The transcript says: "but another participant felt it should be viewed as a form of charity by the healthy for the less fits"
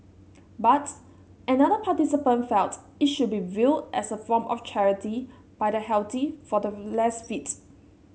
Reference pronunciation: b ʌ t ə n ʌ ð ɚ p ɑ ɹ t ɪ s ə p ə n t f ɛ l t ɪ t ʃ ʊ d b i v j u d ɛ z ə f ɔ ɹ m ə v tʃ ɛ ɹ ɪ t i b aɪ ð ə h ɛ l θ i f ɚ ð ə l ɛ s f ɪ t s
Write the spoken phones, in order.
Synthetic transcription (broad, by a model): b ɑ t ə n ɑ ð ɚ p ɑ t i s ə p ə n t f ɛ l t ɪ t ʃ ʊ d b i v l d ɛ s ə f ɔ m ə f tʃ ɛ ɹ ɪ t i b aɪ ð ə h ɛ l t i f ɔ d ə l ɛ s f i t